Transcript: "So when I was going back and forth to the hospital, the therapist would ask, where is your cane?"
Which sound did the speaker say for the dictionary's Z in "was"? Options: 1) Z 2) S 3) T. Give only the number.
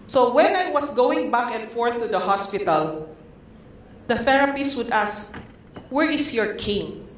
2